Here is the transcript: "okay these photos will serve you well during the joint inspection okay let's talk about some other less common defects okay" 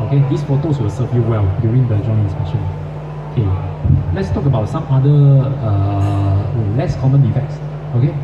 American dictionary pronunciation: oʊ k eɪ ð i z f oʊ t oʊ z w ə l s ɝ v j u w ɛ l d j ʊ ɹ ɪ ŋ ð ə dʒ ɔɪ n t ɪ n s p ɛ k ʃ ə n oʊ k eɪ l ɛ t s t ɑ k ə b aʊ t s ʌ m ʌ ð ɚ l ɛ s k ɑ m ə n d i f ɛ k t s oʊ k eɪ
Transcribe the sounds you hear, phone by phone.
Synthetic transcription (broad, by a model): oʊ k eɪ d i s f oʊ t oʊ s w ə l s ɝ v j u w ɛ l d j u ɹ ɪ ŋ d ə dʒ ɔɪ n ɪ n s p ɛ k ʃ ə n oʊ k eɪ l ɛ t s t ɑ k ə b aʊ t s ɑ m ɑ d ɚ l ɛ s k ɑ m ə n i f ɛ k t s oʊ k eɪ